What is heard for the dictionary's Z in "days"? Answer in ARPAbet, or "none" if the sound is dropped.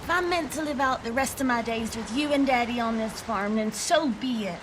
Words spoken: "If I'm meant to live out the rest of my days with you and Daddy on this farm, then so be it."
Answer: Z